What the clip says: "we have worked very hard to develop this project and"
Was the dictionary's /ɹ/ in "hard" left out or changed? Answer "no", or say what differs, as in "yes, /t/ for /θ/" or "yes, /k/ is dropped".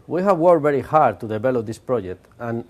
no